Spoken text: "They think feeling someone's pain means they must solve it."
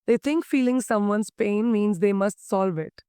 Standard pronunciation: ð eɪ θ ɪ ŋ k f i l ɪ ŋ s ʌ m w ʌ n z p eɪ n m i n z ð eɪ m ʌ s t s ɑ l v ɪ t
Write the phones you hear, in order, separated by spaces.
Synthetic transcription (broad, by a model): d eɪ t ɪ ŋ k f i l ɪ ŋ s ʌ m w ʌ n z p eɪ n m i n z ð eɪ m ʌ s t s ɑ l v ɪ t